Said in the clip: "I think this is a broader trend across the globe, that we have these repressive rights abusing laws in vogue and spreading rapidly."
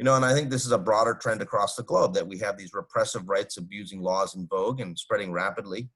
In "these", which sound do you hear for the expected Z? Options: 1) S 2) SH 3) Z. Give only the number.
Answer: 3